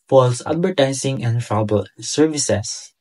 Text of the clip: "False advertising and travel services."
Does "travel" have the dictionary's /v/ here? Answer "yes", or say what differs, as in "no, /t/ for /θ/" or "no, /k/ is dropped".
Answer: no, /b/ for /v/